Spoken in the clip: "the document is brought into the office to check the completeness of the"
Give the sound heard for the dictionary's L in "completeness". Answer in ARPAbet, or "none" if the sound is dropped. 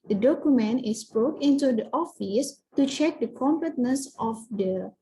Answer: none